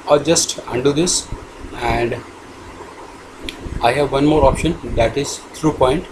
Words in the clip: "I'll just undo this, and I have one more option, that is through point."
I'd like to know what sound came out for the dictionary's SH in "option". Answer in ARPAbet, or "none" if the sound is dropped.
SH